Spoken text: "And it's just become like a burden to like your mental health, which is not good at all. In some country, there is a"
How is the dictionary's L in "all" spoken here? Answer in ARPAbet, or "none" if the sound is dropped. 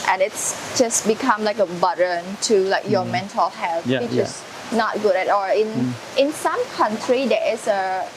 N